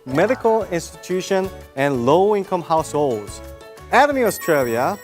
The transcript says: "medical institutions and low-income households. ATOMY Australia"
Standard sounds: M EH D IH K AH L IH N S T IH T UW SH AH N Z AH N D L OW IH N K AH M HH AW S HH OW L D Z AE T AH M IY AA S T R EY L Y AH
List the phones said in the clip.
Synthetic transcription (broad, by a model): M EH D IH K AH L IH N S T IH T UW SH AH N AH N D L OW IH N K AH M HH AW S HH OW L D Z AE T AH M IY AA S T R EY L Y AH